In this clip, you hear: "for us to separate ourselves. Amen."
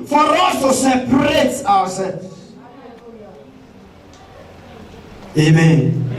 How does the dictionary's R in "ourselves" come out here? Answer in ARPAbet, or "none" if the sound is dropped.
W